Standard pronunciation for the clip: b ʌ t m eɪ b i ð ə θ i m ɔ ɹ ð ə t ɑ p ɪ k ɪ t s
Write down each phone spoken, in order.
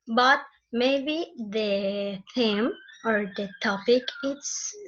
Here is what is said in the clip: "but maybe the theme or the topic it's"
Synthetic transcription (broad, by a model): b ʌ t m eɪ b i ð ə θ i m ɔ ɹ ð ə t ɑ p ɪ k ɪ t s